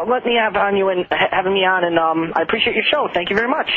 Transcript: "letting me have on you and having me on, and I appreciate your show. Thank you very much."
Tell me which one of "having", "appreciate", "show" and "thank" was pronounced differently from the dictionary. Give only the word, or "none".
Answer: none